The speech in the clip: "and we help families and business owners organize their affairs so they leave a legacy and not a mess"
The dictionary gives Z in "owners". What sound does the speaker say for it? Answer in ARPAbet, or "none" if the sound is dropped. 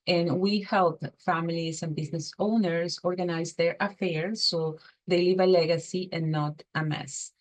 S